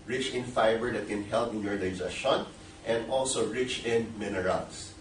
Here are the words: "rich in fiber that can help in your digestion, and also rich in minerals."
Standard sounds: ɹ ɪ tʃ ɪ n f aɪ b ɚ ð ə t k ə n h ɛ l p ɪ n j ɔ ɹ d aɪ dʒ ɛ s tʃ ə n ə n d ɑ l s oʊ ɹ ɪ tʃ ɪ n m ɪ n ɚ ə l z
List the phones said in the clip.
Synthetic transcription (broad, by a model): ɹ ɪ tʃ ɪ n f aɪ b ɚ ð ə t k ə n h ɛ l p ɪ n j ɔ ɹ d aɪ z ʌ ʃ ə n ə n d ɑ l s oʊ ɹ ɪ tʃ ɪ n m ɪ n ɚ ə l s